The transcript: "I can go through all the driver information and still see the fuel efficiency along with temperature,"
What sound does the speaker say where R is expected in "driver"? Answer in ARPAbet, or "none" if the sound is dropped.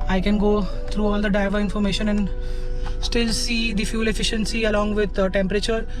none